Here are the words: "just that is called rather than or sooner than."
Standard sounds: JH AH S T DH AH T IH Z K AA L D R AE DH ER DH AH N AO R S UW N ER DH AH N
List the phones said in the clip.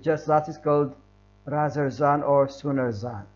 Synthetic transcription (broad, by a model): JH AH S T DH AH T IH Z K AA L D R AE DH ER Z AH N AO R S UW N ER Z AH N